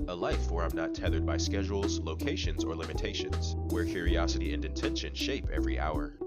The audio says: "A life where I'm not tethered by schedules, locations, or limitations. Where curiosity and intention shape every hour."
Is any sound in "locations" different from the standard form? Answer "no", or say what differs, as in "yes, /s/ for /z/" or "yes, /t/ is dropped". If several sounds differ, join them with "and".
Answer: no